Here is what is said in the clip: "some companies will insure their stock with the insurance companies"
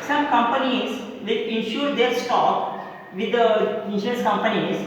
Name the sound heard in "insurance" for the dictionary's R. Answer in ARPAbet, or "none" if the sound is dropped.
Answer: none